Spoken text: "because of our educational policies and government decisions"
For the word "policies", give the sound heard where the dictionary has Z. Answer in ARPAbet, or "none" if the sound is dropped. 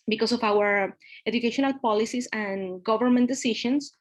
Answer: S